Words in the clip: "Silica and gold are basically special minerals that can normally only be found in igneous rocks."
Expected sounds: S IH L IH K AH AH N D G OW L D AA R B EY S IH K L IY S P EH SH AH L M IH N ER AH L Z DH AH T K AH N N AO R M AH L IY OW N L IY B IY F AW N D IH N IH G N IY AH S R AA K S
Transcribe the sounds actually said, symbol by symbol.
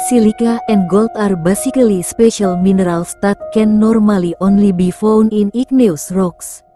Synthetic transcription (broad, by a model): S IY L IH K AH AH N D G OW L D AA R B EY S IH K L IY S P EH SH AH L M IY N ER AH L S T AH T K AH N N AO R M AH L IY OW N L IY B IY F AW N IH N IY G N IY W S R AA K S